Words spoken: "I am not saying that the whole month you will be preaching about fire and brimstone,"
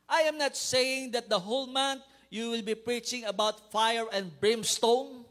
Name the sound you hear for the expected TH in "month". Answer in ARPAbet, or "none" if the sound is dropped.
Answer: T